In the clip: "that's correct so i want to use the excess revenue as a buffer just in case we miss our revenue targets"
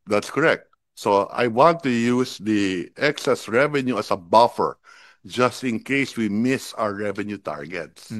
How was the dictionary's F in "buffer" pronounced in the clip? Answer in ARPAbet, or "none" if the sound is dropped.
F